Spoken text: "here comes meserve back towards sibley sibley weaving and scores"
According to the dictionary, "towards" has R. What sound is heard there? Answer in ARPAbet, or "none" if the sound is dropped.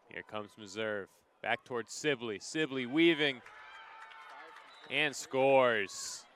R